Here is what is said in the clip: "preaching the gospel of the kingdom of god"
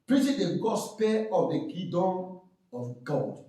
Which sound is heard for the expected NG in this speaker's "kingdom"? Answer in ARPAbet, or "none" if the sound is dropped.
none